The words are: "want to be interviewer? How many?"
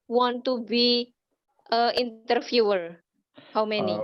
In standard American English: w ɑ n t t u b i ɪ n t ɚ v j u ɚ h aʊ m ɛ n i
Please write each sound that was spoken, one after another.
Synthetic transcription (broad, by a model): w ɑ n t t u b i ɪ n t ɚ f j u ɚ h aʊ m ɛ n i